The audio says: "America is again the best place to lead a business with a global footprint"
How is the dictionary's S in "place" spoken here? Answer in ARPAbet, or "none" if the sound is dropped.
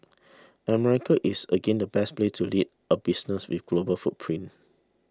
none